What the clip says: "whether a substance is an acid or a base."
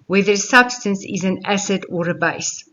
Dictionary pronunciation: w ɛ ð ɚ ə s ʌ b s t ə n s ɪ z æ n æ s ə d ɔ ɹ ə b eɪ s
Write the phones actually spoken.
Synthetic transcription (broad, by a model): w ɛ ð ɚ s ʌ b s t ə n s ɪ z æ n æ s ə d ɔ ɹ ə b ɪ s